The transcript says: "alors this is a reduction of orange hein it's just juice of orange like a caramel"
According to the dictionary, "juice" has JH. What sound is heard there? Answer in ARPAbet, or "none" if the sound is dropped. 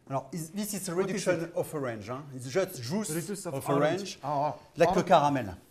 ZH